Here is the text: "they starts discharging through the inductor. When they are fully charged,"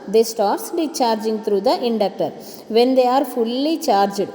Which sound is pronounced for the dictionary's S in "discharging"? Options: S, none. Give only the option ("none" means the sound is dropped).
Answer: none